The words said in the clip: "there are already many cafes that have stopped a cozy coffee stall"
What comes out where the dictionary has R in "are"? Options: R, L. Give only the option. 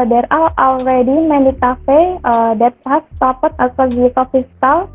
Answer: L